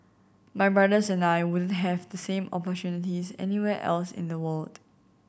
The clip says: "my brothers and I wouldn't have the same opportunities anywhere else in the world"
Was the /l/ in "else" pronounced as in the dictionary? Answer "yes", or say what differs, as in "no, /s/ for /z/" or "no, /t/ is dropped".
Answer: yes